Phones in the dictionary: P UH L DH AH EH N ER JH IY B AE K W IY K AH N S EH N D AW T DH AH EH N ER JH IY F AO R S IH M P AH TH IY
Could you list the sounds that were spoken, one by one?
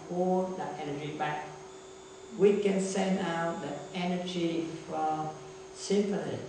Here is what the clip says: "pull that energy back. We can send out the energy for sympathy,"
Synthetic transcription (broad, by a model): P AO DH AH EH N ER JH IY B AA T W IY K AH N S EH N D AW T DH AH EH N ER JH IY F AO L S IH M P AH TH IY